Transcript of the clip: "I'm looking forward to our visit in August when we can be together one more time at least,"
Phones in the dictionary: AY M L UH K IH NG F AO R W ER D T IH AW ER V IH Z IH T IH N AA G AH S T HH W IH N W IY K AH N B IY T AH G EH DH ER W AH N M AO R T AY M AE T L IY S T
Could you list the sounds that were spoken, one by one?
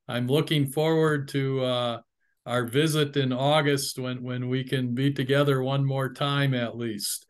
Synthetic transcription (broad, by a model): AY M L UH K IH NG F AO R W ER D T IH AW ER V IH Z IH T IH N AA G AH S T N W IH N W IY K AH N B IY T AH G EH DH ER W AH N M AO R T AY M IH T L IY S T